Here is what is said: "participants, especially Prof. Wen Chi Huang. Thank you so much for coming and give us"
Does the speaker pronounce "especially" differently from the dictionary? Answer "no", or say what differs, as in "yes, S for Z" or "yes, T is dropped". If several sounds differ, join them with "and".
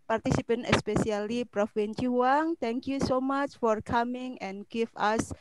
yes, S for SH